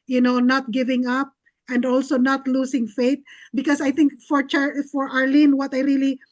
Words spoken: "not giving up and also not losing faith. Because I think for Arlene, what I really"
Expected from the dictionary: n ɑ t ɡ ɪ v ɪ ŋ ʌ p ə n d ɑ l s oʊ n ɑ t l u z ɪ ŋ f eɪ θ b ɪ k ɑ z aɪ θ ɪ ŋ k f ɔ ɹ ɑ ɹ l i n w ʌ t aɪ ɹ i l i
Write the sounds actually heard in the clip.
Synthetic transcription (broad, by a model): n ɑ t ɡ ɪ v ɪ ŋ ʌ p ə n d ɑ l s oʊ n ɑ t l u s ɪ ŋ f eɪ t b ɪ k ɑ s aɪ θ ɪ ŋ k f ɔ ɹ ɑ ɹ l i n w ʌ t aɪ ɹ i l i